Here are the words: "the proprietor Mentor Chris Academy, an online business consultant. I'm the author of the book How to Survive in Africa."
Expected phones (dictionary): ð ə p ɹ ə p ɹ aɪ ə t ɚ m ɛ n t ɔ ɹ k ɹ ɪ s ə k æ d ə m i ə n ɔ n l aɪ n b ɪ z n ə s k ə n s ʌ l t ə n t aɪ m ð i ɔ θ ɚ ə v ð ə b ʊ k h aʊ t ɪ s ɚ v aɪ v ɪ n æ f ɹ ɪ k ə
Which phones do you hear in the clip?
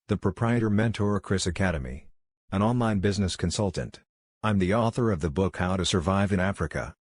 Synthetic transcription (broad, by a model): ð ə p ɹ ə p ɹ aɪ ə t ɚ m ɛ n t ɔ ɹ k ɹ ɪ s ə k æ d ə m i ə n ɔ n l aɪ n b ɪ z n ə s k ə n s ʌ l t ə n t aɪ m ð i ɔ θ ɚ ə v ð ə b ʊ k h aʊ t ɪ s ɚ v aɪ v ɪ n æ f ɹ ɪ k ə